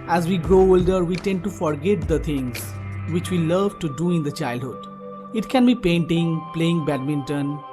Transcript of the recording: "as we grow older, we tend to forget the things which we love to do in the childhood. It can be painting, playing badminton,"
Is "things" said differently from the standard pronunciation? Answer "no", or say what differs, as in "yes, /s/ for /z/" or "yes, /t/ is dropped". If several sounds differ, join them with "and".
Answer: yes, /t/ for /θ/